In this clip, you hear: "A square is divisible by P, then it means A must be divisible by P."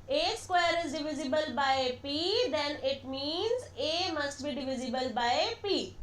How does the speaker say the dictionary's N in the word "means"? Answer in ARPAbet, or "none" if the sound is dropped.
N